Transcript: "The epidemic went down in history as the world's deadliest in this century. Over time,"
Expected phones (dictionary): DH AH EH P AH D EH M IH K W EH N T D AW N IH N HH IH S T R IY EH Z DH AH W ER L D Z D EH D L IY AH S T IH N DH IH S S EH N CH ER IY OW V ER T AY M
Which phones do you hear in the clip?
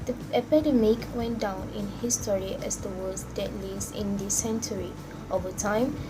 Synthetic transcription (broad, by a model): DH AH EH P AH D EH M IH K W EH N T D AW N IH N HH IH S T R IY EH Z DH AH W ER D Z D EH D L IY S IH N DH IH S S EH N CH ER IY OW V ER T AY M